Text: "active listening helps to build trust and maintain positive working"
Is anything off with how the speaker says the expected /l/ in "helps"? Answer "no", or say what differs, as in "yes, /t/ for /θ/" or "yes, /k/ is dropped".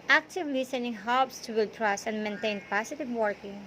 yes, /l/ is dropped